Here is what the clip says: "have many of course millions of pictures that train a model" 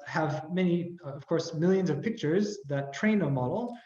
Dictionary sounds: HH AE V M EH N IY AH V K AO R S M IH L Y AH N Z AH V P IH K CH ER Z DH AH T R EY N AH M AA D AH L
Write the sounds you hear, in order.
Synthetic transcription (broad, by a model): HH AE V M EH N IY AH V K AO R S M IH L Y AH N Z AH V P IH K CH ER Z DH AH T R EY N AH M AA D L